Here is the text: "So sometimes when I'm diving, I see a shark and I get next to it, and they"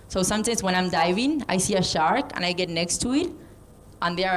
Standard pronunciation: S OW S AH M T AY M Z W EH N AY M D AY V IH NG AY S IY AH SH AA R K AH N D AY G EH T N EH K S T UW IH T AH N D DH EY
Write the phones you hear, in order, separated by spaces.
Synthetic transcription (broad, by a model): S OW S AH M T AY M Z W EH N AY M D AY V IH NG AY S IY AH SH AA R K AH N AY G EH T N EH K S T UW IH T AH N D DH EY